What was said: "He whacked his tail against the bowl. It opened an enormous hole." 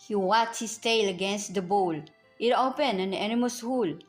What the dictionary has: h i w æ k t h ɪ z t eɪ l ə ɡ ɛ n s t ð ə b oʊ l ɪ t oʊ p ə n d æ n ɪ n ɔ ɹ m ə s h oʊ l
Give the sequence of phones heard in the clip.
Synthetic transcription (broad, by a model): h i w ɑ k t h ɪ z t eɪ l ə ɡ ɛ n s t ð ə b oʊ l ɪ t oʊ p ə n æ n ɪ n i m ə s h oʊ l